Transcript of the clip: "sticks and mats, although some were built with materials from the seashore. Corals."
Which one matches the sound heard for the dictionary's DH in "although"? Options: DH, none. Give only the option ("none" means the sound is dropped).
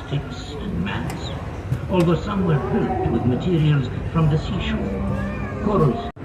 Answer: DH